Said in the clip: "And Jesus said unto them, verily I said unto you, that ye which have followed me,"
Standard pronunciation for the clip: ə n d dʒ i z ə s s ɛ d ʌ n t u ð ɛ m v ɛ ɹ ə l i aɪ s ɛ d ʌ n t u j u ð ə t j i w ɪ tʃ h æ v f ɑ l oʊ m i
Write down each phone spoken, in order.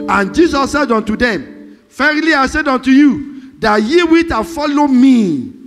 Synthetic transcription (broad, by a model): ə n dʒ i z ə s s ɛ d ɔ n t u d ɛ m f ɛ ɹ l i aɪ s ɛ d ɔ n t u j u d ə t j i w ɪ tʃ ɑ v f ɑ l oʊ m i